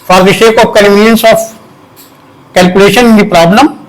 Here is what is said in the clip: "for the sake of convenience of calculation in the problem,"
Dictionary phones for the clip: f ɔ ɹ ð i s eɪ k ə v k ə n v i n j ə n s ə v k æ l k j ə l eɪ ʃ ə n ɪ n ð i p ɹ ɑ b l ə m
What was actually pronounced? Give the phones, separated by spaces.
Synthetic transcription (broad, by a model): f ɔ ɹ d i ʃ eɪ k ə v k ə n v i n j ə n s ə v k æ l k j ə l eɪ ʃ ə n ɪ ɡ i p ɹ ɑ b l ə m